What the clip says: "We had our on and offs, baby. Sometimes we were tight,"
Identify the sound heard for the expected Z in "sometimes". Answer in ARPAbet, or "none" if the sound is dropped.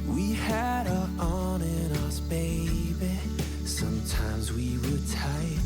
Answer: Z